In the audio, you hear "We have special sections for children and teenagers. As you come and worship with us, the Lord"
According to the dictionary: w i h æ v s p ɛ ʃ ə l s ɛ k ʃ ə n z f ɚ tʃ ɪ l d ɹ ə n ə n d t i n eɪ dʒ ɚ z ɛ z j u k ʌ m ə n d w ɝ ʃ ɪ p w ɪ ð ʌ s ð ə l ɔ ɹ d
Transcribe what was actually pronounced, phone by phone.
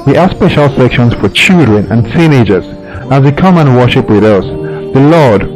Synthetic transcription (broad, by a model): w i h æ s p ɛ ʃ ə l s ɛ k ʃ ə n z f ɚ tʃ ɪ l d ɹ ə n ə n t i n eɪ dʒ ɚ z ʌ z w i k ʌ m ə n w ɝ ʃ ɪ p w ɪ ð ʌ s ð ə l ɔ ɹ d